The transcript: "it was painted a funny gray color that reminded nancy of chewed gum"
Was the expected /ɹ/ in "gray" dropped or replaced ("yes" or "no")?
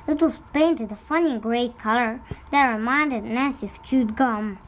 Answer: no